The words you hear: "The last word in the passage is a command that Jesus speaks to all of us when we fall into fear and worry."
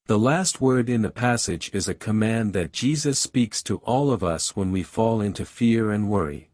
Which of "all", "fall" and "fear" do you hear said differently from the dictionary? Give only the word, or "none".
none